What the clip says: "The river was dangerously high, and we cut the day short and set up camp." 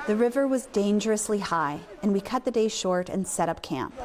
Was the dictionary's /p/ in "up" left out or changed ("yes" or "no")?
no